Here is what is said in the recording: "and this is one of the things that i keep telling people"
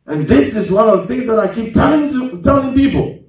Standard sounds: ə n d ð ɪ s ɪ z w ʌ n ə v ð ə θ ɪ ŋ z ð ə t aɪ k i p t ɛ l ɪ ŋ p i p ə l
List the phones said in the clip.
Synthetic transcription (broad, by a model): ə n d ð ɪ s ɪ z w ʌ n ə v ð ə θ ɪ ŋ z ð ə t aɪ k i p t ɛ l ɪ ŋ p i p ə l